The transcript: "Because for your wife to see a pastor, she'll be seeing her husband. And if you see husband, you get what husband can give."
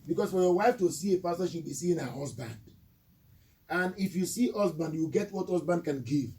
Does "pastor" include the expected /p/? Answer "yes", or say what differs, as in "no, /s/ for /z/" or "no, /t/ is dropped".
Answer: no, /f/ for /p/